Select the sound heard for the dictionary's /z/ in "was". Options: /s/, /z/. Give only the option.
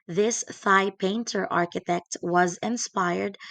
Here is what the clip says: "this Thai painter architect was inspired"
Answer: /z/